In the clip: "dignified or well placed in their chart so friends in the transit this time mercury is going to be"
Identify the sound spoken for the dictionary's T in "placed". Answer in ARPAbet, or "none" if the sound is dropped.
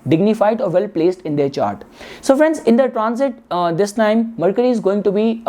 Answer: T